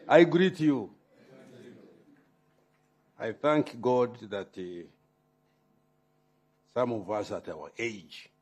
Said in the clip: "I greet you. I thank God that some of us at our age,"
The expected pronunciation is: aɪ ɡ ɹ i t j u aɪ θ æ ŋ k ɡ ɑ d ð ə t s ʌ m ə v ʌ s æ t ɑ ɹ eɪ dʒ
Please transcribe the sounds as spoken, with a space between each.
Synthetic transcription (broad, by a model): aɪ ɡ ɹ i t j u aɪ θ æ ŋ k ɡ ɑ d ð ə t s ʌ m ə v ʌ s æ t ɑ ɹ eɪ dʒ